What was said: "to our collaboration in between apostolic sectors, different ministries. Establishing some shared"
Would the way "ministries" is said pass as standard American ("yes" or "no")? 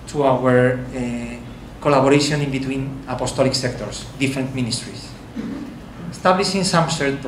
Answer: no